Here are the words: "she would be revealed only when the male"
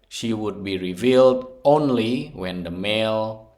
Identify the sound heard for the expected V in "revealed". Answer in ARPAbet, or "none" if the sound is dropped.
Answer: V